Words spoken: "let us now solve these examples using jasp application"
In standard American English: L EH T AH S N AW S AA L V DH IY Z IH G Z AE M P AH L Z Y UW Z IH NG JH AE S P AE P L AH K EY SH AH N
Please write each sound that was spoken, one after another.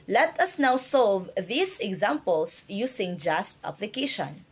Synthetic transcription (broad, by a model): L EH T AH S N AW S AA L V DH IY S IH G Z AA M P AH L S Y UW S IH NG JH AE S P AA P L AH K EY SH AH N